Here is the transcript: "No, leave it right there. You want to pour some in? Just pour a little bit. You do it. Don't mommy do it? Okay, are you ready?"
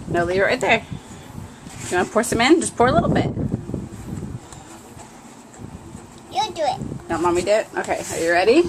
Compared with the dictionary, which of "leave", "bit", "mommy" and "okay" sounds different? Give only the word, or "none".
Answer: leave